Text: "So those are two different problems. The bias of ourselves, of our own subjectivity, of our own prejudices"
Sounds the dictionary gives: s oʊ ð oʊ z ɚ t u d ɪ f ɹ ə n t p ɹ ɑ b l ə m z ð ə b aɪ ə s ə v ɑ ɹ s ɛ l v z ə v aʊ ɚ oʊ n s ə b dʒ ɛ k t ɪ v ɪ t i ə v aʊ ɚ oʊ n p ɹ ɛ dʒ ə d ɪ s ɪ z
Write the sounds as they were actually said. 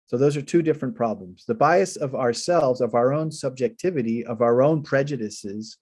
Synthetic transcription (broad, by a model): s oʊ ð oʊ z ɚ t u d ɪ f ɹ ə n p ɹ ɑ b l ə m z ð ə b aɪ ə s ə v ɑ ɹ s ɛ l v z ə v aʊ ɚ oʊ n s ə b dʒ ɛ k t ɪ v ɪ t i ə v aʊ ɚ oʊ n p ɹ ɛ dʒ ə d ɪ s ɪ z